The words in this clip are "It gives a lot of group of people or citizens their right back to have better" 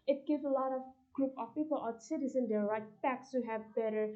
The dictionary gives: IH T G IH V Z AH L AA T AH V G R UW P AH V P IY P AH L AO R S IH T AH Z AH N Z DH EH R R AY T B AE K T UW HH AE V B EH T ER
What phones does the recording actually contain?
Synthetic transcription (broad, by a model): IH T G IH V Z AH L AA T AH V G R UW P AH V P IY P AH L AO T S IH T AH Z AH N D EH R R AY T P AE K S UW HH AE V B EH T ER